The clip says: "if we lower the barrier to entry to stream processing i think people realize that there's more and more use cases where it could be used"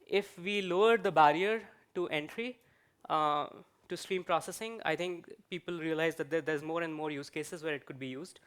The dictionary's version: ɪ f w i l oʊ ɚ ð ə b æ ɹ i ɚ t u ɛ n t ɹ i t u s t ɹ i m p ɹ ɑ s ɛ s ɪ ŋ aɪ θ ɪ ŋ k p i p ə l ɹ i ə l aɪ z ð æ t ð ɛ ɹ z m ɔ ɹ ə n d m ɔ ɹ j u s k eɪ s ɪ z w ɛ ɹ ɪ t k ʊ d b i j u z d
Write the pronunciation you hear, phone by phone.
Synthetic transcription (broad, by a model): ɪ f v i l oʊ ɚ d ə b æ ɹ i ɚ t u ɛ n t ɹ i t u s t ɹ i m p ɹ ɑ s ɛ s ɪ ŋ aɪ t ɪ ŋ k p i p ə l ɹ i ə l aɪ z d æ t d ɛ ɹ z m ɔ ɹ ə n d m ɔ ɹ j u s k eɪ s ɪ z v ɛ ɹ ɪ t k ʊ d b i j u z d